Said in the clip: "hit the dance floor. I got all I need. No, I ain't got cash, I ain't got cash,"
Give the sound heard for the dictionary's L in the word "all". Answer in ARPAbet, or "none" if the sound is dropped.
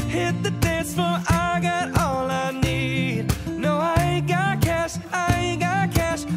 L